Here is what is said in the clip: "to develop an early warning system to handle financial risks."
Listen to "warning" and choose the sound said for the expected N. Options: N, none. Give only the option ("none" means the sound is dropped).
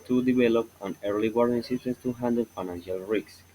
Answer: none